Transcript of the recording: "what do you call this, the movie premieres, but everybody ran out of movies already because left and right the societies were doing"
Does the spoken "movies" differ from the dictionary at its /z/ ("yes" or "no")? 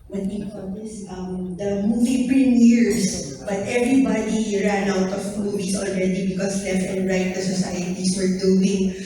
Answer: yes